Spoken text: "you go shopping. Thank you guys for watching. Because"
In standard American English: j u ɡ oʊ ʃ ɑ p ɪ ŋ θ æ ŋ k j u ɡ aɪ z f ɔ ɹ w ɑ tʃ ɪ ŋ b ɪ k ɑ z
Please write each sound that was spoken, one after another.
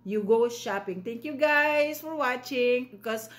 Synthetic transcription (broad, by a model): j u ɡ oʊ ʃ ɑ p ɪ ŋ t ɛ ŋ k j u ɡ aɪ s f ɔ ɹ w ɑ tʃ ɪ ŋ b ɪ k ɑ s